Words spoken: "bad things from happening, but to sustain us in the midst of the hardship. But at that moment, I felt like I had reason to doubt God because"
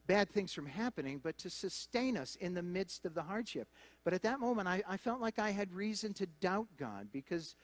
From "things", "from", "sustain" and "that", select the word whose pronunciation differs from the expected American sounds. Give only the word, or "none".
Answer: none